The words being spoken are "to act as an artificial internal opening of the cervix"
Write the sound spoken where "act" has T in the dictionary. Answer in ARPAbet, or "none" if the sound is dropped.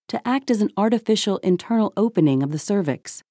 T